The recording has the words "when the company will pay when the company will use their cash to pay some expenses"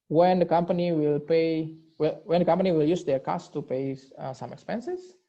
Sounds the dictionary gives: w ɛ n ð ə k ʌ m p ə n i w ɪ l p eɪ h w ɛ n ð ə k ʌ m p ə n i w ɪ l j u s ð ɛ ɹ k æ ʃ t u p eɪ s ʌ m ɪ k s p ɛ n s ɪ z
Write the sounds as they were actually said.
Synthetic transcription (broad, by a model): w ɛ n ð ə k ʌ m p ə n i w ɪ l p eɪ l w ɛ n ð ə k ʌ m p ə n i w ɪ l j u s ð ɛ ɹ k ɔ s t u p eɪ s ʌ m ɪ k s p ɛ n s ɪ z